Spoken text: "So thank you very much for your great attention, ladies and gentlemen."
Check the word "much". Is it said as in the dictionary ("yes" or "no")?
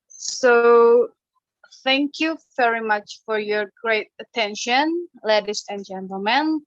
yes